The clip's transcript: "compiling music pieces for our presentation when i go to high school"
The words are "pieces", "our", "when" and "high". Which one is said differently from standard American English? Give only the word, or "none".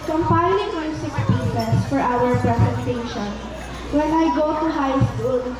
pieces